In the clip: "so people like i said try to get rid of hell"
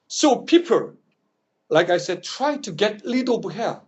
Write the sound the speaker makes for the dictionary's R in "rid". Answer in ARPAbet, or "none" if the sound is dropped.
L